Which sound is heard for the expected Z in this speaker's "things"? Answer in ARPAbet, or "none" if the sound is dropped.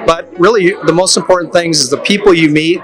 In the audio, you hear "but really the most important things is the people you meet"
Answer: Z